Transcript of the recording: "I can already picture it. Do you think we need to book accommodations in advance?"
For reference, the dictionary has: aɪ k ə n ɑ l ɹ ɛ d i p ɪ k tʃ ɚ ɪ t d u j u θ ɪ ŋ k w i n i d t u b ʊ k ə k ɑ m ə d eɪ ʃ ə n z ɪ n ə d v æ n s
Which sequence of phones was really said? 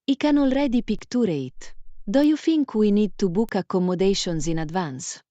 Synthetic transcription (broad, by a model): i k ə n ɑ l ɹ ɛ d i p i k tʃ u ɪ t d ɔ j u f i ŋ k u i n i d t u b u k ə k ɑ m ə d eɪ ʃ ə n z ɪ n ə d v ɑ n s